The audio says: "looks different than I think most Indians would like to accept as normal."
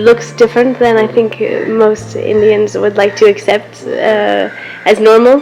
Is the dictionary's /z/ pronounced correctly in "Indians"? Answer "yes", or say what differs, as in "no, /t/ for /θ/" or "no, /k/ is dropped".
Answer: yes